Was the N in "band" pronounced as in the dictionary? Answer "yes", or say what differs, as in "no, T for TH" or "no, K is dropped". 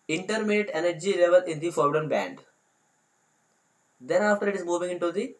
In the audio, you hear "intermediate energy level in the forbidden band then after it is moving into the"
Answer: yes